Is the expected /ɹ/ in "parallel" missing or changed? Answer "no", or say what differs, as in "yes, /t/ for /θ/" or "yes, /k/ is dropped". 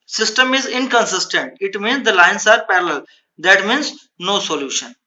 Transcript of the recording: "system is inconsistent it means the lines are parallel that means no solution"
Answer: no